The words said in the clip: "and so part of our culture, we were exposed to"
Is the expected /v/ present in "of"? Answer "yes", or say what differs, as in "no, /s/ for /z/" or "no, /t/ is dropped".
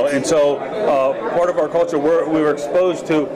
yes